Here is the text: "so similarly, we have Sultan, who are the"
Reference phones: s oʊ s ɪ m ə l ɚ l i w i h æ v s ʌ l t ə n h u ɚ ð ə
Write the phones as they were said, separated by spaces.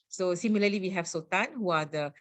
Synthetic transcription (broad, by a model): s oʊ s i m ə l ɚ l i w i h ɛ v s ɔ t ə n h u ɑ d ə